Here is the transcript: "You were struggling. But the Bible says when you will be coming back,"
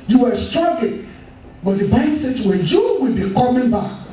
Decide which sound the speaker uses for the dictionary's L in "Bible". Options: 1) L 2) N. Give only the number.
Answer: 2